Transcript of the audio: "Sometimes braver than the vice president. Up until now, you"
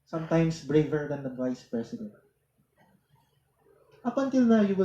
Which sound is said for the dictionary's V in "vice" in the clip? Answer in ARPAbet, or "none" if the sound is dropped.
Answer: V